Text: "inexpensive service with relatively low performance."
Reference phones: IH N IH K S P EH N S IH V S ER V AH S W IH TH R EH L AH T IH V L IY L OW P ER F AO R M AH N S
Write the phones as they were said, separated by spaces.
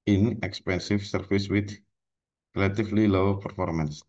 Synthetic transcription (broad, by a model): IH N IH K S P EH N S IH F S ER F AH S W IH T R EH L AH T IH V L IY L OW P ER F AO R M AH N S